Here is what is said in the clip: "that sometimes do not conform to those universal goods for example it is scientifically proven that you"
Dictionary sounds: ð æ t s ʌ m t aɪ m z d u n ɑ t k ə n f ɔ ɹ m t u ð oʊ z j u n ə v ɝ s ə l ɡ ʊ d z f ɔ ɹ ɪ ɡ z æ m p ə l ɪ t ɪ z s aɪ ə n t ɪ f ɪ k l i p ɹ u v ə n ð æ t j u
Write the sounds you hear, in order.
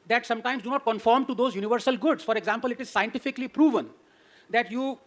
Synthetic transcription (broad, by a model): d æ t s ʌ m t aɪ m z d u n ɑ t k ə n f ɔ ɹ m t u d oʊ z j u n ə v ɝ s ə l ɡ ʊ d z f ɔ ɹ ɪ ɡ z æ m p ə l ɪ t ɪ z s aɪ ə n t ɪ f ɪ k l i p ɹ u v ə n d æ t j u